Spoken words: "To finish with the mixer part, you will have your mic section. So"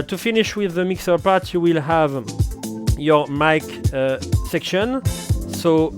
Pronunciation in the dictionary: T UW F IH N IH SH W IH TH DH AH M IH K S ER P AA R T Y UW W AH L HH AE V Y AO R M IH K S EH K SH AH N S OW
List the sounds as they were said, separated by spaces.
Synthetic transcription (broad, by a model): T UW F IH N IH SH W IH DH AH M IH K S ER P AA R T Y UW W AH L HH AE V Y AO R M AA K S EH K SH AH N S OW